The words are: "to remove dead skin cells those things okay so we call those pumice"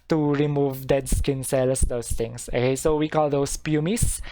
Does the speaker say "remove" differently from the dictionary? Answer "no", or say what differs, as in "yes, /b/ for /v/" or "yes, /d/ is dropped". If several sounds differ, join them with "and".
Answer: no